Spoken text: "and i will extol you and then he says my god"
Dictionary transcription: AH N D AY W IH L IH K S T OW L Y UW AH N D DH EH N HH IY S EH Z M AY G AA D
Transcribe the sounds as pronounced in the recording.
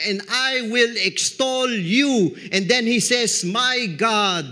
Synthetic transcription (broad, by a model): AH N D AY W IH L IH K S T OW L Y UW AH N D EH N HH IY S EH S M AY G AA D